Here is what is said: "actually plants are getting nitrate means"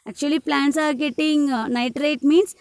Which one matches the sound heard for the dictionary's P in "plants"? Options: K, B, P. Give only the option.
P